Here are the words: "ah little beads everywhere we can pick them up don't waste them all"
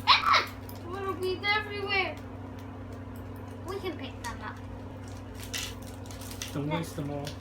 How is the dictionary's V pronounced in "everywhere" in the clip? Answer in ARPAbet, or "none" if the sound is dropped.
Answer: V